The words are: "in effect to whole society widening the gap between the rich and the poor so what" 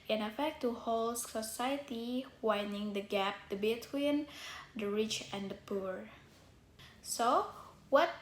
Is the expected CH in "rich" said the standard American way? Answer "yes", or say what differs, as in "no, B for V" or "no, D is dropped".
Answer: yes